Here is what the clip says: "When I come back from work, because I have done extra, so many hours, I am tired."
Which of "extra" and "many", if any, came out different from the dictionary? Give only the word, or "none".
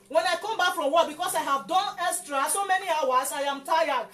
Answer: extra